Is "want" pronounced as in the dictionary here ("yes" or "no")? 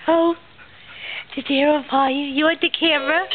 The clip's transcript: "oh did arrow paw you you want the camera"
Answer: no